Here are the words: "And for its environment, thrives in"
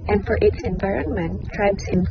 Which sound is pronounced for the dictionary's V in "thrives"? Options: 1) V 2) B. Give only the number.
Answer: 2